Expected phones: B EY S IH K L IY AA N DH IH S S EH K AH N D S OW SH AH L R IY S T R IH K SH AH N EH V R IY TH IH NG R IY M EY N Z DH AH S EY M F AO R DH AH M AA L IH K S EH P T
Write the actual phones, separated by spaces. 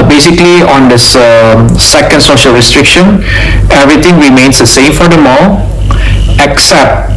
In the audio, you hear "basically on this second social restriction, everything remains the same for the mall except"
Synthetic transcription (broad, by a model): B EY S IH K L IY AA N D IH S S EH K AH N D S OW SH AH L R IY S T R IH K SH AH N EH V R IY T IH NG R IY M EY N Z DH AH S EY M F AO R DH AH M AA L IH K S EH P T